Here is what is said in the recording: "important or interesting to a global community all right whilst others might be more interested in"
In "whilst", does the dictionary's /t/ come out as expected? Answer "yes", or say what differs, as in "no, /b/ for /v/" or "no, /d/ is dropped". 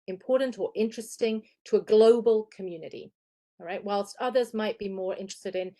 yes